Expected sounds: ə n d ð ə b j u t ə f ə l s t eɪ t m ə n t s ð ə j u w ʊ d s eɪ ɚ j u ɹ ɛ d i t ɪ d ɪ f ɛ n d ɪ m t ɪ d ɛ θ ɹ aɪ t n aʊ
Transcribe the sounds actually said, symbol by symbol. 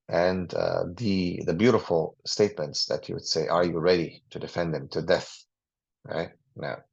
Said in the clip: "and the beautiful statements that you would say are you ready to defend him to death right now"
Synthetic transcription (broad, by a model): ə n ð ð ə b j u t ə f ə l s t eɪ t m ə n t s ð ə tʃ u w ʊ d s eɪ ɚ j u ɹ ɛ d i t ɪ d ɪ f ɛ n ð ɪ m t ɪ d ɛ θ ɹ aɪ t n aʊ